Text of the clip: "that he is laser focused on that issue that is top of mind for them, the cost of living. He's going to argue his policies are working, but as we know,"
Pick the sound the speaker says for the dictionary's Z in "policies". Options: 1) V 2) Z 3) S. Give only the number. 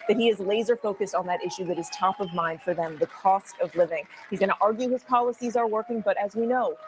2